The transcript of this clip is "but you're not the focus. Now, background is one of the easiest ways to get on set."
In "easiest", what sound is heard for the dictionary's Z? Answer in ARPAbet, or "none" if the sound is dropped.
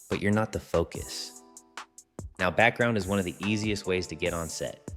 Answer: Z